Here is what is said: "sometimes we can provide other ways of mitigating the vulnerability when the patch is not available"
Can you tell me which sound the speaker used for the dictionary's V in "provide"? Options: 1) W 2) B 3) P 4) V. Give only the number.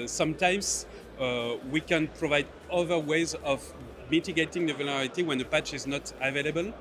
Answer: 4